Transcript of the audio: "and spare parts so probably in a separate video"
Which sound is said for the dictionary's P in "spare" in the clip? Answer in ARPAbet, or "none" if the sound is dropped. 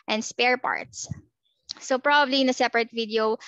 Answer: P